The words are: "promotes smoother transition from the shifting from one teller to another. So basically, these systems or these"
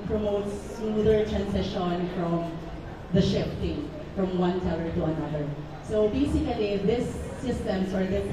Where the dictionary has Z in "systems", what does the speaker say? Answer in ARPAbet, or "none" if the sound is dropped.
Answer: S